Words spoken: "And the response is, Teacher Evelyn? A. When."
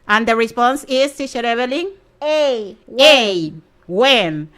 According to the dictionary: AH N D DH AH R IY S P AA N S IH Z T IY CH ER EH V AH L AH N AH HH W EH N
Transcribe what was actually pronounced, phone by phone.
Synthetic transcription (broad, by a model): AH N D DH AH R IY S P AA N S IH S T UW SH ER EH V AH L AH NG AH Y W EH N